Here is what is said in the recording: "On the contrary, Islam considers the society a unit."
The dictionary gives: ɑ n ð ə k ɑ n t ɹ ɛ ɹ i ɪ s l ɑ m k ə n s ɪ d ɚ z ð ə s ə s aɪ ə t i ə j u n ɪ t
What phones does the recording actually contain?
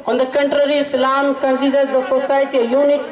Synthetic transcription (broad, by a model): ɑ n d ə k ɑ n t ɹ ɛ ɹ i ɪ l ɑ m k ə n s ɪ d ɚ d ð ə s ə s aɪ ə t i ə j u n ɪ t